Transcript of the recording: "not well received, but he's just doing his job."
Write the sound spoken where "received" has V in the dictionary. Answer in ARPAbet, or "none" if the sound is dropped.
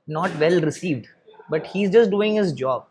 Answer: V